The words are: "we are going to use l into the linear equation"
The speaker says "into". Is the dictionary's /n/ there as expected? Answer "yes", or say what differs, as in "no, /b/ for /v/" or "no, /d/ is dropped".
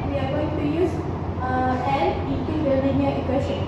no, /n/ is dropped